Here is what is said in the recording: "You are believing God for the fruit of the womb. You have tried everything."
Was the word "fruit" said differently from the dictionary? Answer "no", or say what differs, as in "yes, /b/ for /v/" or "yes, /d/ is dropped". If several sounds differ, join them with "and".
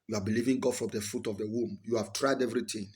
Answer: yes, /ɹ/ is dropped